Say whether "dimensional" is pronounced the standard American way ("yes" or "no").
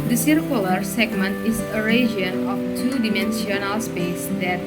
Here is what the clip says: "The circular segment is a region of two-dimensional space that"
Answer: no